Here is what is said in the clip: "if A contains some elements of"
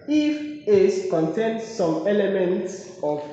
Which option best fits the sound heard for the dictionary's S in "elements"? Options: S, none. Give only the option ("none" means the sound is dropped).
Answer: S